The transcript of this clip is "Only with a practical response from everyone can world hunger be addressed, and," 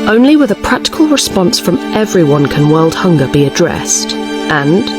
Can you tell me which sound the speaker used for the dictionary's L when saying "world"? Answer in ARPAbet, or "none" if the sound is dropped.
L